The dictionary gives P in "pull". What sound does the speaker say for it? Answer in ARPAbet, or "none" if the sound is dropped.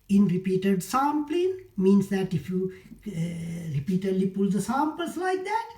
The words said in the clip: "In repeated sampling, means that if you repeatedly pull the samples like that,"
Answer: P